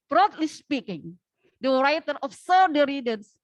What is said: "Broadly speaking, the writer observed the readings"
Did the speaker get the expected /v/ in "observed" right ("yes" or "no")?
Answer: no